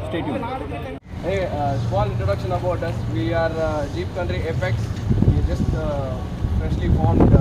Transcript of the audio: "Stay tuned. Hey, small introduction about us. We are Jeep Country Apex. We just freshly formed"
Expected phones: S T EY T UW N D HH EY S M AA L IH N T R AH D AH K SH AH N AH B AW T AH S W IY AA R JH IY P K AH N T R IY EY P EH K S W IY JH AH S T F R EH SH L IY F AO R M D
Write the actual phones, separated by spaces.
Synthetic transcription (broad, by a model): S T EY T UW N HH EY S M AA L IH N T R AH D AH K SH AH N AH B AW T AH S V IY AA R JH IY P K AH N T R IY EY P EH K S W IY JH AH S T P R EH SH L IY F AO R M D